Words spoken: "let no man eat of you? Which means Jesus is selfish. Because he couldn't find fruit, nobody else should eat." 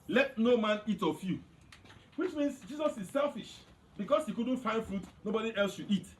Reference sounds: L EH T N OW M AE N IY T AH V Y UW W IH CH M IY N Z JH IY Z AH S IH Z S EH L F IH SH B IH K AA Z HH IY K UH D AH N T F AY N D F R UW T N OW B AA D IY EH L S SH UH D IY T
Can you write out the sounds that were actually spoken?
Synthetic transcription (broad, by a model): L EH T N OW M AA N IY T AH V Y UW W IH CH M IY N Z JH IY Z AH S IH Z S EH L F IH SH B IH K AA S HH IY K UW D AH N T F AY N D F R UW T N OW B AA D IY EH L S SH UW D IY T